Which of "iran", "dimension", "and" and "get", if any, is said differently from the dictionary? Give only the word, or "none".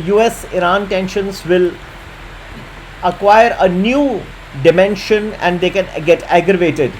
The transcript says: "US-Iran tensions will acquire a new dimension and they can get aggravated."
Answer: none